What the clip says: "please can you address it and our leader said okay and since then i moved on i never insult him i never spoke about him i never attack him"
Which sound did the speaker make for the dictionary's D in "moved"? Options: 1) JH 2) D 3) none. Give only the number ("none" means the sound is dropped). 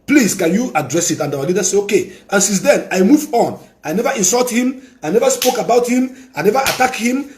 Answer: 3